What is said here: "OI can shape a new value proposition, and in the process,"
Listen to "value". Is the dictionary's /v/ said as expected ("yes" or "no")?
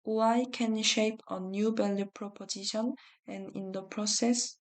no